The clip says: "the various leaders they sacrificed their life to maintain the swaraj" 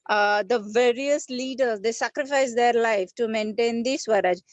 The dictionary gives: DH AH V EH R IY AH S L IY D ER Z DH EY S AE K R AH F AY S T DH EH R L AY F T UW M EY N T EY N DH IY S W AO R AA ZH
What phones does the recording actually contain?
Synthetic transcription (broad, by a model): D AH V EH R IY AH S L IY D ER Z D EY S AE K R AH F AY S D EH R L AY F T UW M EY N T EY N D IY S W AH R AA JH